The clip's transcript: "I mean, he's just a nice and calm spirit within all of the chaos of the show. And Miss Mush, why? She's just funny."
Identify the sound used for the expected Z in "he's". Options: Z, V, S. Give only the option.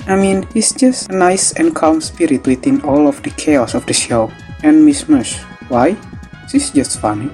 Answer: S